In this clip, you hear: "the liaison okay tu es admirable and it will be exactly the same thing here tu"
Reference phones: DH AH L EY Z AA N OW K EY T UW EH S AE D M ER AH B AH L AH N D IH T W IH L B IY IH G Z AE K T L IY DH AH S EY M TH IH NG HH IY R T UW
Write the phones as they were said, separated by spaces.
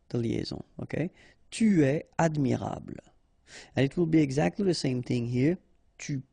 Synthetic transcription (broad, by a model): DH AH L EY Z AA OW K EY T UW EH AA D M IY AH B L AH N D IH T W IH L B IY IH G Z AE K T L IY DH AH S EY M TH IH NG HH IY R T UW